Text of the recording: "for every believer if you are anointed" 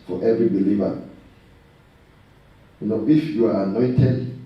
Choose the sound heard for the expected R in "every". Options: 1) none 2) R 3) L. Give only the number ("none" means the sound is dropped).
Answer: 2